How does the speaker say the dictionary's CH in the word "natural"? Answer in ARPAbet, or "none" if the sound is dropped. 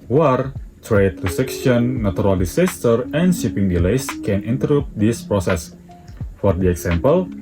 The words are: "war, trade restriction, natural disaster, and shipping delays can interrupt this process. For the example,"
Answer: none